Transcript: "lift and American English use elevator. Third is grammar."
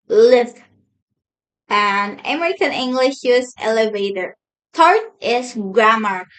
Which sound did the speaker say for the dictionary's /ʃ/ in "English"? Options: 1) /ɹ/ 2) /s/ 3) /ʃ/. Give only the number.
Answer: 3